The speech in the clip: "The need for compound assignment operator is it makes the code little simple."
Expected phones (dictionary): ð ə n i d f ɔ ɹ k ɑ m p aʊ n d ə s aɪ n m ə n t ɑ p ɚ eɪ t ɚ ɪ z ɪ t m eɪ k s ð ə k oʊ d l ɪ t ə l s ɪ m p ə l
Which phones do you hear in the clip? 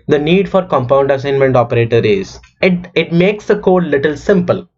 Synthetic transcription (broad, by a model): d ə n i d f ɔ ɹ k ɑ m p aʊ n d ə s aɪ n m ə n t ɑ p ɚ eɪ t ɚ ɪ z ɪ t m eɪ k s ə k oʊ d l ɪ t ə l s ɪ m p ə l